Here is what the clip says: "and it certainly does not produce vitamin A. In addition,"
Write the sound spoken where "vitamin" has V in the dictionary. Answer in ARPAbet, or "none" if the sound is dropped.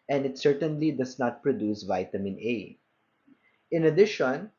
V